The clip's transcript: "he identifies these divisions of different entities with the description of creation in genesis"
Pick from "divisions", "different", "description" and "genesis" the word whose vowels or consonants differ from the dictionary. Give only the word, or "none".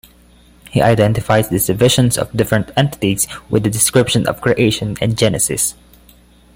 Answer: divisions